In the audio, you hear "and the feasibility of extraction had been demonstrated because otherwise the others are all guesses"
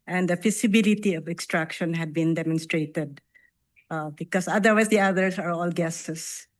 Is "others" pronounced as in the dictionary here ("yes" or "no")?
no